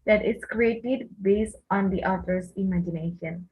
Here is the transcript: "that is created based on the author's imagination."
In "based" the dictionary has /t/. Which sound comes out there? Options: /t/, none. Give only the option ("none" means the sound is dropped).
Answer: /t/